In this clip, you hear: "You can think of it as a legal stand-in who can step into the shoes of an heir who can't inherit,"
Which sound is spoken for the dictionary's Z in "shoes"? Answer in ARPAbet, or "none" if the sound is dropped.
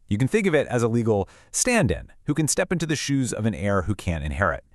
Z